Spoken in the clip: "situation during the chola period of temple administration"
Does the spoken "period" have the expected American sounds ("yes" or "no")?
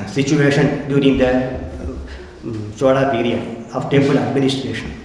no